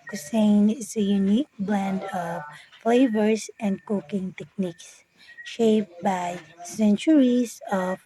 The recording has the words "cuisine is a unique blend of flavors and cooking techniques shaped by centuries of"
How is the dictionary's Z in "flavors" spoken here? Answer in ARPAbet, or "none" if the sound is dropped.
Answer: S